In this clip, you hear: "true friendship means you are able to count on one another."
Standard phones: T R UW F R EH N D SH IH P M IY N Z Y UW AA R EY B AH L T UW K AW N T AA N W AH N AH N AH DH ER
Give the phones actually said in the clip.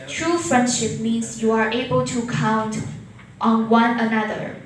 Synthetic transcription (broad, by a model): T R UW F R EH N D SH IH P M IY N S Y UW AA R EY B AH L T UW K AW N T AA N W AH N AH N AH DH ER